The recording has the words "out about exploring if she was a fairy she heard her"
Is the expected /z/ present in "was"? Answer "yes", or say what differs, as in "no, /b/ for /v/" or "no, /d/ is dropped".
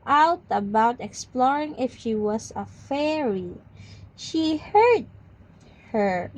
no, /s/ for /z/